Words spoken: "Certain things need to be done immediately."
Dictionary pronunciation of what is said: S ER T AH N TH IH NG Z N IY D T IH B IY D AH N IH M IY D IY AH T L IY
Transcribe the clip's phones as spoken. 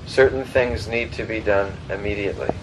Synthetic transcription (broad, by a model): S ER T N TH IH NG Z N IY D T IH B IY D AH N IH M IY D IY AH T L IY